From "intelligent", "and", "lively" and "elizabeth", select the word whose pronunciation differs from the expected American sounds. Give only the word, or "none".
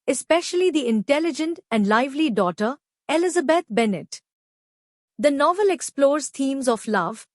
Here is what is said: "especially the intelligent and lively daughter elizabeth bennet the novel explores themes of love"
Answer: elizabeth